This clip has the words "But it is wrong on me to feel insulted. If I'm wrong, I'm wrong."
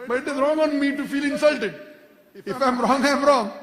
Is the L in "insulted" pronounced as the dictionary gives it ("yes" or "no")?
yes